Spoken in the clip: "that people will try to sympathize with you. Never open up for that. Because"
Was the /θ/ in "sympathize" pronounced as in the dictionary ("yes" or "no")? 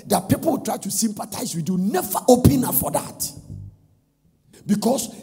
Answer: no